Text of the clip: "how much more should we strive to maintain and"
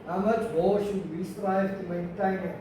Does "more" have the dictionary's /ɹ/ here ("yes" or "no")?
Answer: no